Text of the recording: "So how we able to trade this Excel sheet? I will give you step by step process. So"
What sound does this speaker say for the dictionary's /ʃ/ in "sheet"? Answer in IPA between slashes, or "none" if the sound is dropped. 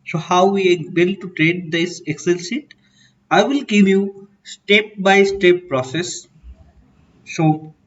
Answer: /s/